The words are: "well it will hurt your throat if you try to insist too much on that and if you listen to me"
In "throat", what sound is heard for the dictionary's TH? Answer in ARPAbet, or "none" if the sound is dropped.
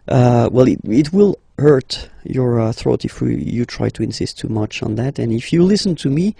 TH